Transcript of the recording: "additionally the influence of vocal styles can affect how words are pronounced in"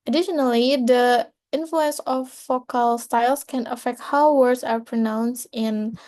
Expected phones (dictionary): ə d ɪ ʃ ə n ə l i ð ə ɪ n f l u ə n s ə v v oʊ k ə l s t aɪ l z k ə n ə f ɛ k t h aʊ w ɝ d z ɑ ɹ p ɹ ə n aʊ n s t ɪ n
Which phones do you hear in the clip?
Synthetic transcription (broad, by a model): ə d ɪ ʃ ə n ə l i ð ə ɪ n f l u ə n s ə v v oʊ k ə l s t aɪ l s k ə n ə f ɛ k t h aʊ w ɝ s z ɑ ɹ p ɹ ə n aʊ n s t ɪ n